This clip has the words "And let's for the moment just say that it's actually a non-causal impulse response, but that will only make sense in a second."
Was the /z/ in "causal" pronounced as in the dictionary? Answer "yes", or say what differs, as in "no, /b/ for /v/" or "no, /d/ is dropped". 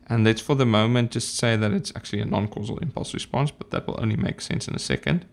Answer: yes